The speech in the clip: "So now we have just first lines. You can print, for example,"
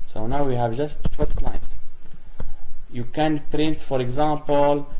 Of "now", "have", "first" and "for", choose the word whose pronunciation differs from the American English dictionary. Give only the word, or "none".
none